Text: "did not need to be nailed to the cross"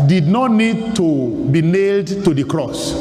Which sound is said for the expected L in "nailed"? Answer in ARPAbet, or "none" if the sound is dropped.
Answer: L